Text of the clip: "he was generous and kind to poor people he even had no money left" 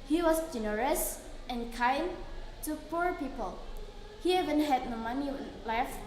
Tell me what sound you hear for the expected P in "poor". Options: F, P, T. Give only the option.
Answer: P